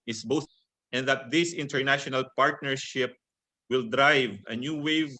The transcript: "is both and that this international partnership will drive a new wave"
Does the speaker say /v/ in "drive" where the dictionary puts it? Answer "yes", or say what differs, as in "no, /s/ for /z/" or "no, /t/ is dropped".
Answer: yes